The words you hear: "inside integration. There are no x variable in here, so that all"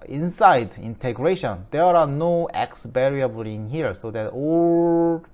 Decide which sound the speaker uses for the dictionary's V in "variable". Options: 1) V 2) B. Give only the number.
2